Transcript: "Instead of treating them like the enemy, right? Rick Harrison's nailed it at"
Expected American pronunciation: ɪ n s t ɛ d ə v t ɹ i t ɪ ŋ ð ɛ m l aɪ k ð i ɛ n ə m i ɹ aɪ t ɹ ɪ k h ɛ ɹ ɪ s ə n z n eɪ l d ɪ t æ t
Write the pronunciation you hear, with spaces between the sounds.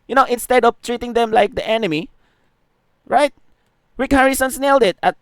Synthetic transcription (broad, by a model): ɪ n s t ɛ d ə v t ɹ i t ɪ ŋ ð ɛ m l aɪ k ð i ɛ n ə m i ɹ aɪ t w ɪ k h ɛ ɹ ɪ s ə n s n eɪ l d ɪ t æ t